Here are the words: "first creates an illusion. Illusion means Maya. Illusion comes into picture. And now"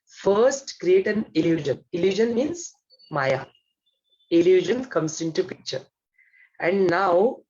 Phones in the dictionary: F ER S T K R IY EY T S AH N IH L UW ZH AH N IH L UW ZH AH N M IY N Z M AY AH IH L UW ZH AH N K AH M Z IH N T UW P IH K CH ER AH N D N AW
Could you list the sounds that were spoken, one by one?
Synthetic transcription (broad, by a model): F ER S T K R IY EY T AH N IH L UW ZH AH N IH L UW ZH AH N M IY N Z M AY AH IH L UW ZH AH N K AH M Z IH N T UW P IH K CH ER AH N D N AW